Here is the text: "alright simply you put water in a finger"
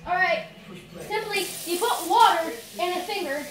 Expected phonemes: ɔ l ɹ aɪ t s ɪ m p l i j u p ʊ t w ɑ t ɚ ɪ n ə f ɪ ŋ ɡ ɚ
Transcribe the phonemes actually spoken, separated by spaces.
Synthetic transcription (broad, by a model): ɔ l ɹ aɪ t s ɪ m p l i j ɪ p ʊ t w ɑ t ɚ ɪ n ə f ɪ ŋ ɡ ɚ